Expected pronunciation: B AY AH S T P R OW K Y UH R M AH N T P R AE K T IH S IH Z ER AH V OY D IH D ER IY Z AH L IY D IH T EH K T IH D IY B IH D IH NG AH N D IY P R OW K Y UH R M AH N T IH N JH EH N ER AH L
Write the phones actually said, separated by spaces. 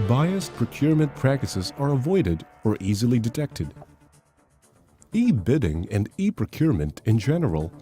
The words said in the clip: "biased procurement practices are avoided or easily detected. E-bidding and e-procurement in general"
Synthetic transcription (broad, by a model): B AY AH S P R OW K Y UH R M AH N P R AE K T IH S IH Z ER AH V OY D IH D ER IY Z AH L IY D IH T EH K T IH D IY B IH D IH NG AH N D IY P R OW K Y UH R M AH N T IH N JH EH N ER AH L